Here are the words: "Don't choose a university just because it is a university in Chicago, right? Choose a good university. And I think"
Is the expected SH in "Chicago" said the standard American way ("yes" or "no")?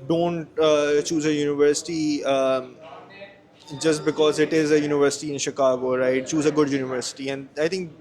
yes